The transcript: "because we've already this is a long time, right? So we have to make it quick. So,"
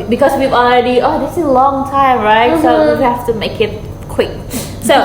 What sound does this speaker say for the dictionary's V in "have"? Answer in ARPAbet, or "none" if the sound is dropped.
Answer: F